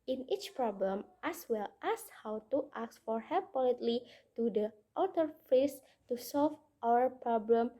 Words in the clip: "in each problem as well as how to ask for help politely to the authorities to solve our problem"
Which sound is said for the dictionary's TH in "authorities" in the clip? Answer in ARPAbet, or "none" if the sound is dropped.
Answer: T